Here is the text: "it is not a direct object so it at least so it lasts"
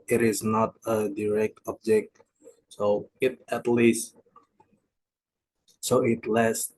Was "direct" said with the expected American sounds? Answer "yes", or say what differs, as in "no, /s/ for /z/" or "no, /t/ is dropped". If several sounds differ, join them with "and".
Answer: yes